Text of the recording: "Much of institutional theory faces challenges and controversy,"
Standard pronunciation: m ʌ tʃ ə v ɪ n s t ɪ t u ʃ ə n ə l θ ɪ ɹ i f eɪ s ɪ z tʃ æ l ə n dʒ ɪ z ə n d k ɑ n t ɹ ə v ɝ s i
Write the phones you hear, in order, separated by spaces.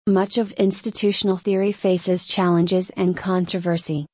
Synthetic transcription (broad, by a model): m ʌ tʃ ə v ɪ n s t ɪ t u ʃ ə n l θ ɪ ɹ i f eɪ s ɪ z tʃ æ l ə n dʒ ɪ z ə n k ɑ n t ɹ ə v ɝ s i